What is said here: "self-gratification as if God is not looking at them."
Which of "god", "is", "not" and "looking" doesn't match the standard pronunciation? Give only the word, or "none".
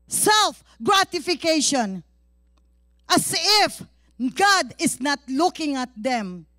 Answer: is